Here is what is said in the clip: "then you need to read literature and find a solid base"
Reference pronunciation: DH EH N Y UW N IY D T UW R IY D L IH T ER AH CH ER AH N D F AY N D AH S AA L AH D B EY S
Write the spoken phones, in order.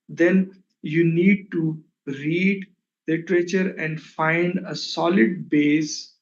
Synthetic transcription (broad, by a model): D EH N Y UW N IY D T UW R IY D L IH T ER AH CH ER AH N D F AY N D AH S AA L AH D B EY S